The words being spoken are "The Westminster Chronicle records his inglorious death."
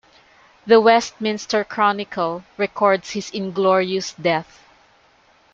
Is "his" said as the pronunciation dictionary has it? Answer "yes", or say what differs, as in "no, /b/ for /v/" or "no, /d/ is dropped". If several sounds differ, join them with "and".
no, /s/ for /z/